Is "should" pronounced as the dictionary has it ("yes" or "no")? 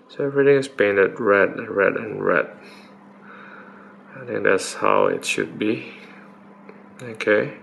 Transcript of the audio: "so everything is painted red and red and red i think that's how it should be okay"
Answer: yes